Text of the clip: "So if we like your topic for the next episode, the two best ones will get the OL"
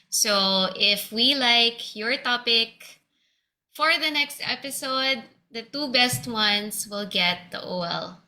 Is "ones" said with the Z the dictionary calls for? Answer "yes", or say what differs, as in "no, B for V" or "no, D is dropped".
no, S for Z